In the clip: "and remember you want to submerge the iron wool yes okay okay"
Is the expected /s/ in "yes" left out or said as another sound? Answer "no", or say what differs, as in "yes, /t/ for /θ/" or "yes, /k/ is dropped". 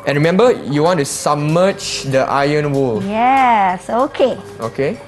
no